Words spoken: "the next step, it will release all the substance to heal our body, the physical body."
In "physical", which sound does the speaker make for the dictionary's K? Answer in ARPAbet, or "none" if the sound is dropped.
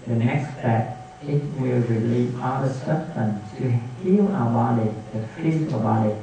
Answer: none